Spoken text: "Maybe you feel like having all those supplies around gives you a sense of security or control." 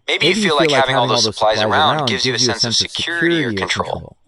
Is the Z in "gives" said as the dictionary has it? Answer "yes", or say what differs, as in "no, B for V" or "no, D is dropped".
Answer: yes